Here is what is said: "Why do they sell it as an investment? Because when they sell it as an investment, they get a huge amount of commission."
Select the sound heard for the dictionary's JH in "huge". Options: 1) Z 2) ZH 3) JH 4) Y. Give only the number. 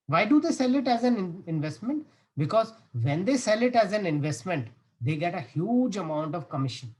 3